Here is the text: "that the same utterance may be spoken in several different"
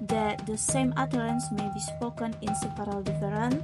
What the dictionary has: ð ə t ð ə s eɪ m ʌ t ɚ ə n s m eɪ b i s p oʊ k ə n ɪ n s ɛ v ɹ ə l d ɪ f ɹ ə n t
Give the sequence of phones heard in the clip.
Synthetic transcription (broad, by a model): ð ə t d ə s eɪ m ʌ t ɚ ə n s m eɪ b i s p oʊ k ə n ɪ n s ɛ p ɹ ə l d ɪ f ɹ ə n